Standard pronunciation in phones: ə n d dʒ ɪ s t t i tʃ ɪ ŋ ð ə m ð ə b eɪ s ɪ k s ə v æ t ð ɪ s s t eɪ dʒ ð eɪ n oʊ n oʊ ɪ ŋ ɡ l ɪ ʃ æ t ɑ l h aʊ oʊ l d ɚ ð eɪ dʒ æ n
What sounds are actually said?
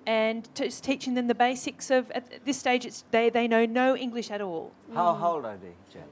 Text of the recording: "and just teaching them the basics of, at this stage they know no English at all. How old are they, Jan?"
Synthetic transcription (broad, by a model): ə n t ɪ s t t i tʃ ɪ ŋ ð ə m ð ə b eɪ s ɪ k s ə v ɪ t ð ɪ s s t eɪ dʒ ð eɪ n oʊ n oʊ ɪ ŋ ɡ l ɪ ʃ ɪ t ɑ l h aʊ oʊ l d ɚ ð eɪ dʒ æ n